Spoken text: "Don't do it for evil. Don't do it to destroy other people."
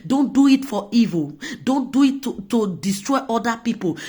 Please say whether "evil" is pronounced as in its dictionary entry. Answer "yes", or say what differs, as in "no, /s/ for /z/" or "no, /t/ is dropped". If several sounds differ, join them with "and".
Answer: yes